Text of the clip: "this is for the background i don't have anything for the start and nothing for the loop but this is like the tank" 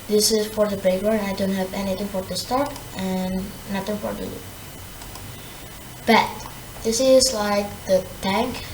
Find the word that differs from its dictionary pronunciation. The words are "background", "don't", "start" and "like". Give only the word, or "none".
background